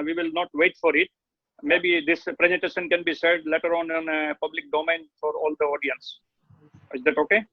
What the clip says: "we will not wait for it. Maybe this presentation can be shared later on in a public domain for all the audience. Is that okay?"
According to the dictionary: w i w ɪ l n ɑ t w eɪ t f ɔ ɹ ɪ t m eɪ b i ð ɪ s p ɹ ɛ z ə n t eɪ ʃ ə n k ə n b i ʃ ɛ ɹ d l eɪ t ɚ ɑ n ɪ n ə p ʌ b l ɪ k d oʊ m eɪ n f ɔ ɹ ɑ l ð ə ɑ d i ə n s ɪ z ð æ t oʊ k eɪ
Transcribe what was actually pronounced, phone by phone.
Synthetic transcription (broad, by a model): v i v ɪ l n ɑ t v eɪ t f ɔ ɹ ɪ t m eɪ b i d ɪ s p ɹ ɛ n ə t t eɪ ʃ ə n k ə n b i s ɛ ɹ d l eɪ t ɚ ɑ n ɪ n ə p ʌ b l ɪ k d oʊ m eɪ n f ɔ ɹ ɑ l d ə ɑ d i ə n s ɪ z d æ t oʊ k eɪ